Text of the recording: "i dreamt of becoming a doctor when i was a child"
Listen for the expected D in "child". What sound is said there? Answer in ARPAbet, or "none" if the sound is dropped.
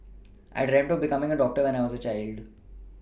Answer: D